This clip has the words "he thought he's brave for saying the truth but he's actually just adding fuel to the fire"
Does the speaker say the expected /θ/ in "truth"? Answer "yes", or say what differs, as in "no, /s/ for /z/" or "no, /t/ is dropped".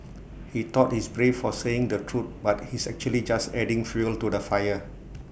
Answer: no, /t/ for /θ/